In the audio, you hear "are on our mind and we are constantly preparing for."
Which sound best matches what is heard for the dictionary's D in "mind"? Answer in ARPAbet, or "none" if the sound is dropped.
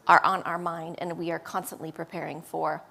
D